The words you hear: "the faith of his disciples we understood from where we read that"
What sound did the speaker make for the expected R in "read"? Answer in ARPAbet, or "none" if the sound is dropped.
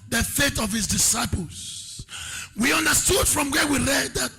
L